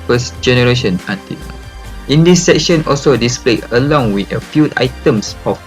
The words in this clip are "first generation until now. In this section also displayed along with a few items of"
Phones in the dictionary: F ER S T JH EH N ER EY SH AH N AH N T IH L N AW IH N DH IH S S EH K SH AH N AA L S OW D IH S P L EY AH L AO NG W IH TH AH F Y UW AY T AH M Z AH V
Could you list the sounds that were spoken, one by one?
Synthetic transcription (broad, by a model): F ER S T JH EH N ER EY SH AH N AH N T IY IH N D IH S S EH K SH AH N AA L S OW D IH S P L EY AH L AO NG W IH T AH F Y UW AY T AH M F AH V